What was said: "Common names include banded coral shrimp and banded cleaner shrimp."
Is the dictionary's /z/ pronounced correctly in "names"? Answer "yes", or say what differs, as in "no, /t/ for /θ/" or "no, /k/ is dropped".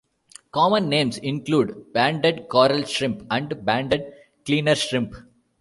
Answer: no, /s/ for /z/